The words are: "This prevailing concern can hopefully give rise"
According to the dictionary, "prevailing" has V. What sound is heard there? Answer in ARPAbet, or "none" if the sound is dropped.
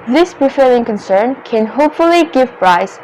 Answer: F